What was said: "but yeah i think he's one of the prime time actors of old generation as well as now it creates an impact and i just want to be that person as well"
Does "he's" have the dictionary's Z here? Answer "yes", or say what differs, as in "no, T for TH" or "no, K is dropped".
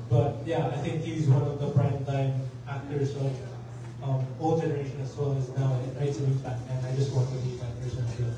yes